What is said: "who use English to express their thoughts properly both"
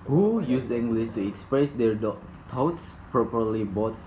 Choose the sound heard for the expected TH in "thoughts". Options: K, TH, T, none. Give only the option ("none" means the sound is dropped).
T